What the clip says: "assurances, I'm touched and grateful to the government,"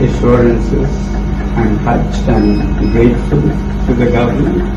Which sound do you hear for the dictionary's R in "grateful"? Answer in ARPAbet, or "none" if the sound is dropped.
none